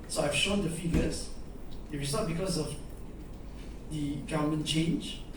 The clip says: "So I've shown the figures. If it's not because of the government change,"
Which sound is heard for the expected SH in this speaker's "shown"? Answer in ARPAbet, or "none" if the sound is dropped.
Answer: SH